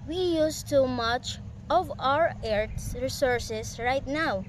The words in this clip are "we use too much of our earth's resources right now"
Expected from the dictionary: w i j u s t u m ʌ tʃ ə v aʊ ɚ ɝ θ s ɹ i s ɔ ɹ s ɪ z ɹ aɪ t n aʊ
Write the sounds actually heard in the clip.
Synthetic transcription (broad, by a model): w i j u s t u m ʌ tʃ ə v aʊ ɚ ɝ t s ɹ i s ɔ ɹ s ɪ s ɹ aɪ t n aʊ